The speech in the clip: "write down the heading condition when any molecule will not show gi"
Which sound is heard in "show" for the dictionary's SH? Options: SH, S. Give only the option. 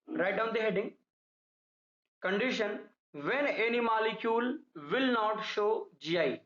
SH